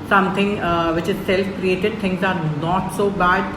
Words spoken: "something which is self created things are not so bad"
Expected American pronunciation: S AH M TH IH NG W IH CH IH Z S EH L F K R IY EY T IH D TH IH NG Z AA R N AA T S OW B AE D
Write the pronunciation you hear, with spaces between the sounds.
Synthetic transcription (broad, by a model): S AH M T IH NG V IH CH IH Z S EH L F K R IY EY T IH D T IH NG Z AA R N AA T S OW B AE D